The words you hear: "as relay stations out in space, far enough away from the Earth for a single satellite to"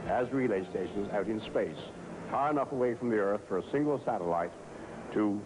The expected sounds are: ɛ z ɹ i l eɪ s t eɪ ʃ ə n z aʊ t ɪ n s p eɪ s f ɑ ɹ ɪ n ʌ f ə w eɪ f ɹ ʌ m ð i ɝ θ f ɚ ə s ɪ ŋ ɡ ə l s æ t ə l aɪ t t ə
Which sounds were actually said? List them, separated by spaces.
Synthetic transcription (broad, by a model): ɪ z ɹ i l eɪ s t eɪ ʃ ə n z aʊ t ɪ n s p eɪ s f ɑ ɹ ɪ n ʌ f ə w eɪ f ɹ ʌ m ð i ɝ θ f ɚ ə s ɪ ŋ ɡ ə l s æ t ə l aɪ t t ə